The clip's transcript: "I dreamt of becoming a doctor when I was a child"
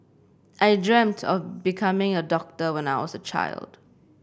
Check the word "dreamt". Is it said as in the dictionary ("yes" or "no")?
yes